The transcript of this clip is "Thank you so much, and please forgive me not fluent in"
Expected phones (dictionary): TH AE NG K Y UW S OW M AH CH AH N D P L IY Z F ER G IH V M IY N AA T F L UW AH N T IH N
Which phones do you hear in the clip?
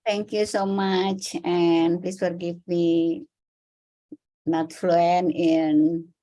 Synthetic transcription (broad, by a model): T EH NG K Y UW S OW M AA CH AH N P L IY S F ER G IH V M IY N AA T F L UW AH N IH N